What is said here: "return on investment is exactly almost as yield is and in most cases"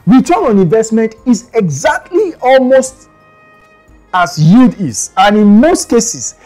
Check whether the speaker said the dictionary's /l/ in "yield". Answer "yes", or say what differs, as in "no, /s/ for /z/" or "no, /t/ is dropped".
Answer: no, /l/ is dropped